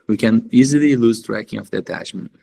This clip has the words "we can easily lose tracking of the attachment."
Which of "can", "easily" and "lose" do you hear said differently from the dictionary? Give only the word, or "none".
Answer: none